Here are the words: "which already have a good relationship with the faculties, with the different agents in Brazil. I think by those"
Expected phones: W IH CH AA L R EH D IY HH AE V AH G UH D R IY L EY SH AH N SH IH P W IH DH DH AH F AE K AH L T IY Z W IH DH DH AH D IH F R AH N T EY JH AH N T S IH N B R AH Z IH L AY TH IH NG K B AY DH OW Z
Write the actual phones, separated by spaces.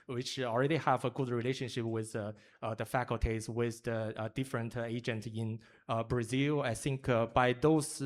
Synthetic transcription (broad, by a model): W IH CH AA L R EH D IY HH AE V AH G UH D R IY L EY SH AH N SH IH P W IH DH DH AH F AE K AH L T IY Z W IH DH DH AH D IH F R AH N T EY JH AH N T IH N B R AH Z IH L AY TH IH NG K B AY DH OW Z